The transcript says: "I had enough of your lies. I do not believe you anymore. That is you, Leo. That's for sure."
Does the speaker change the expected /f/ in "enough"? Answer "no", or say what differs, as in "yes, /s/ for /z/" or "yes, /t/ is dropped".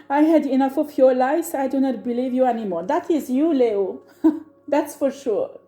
no